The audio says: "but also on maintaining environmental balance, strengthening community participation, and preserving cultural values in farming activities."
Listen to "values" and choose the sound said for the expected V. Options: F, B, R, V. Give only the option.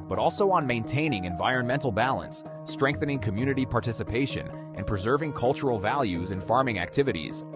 V